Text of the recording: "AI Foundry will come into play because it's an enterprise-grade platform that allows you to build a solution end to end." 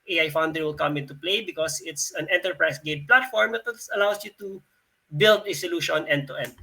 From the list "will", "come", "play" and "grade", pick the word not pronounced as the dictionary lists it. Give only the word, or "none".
grade